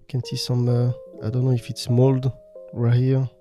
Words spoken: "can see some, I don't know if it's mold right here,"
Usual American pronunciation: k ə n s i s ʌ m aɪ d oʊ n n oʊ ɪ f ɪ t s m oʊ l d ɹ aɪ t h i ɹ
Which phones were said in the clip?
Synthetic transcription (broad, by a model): k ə n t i s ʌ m aɪ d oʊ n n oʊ ɪ f ɪ t s m oʊ l d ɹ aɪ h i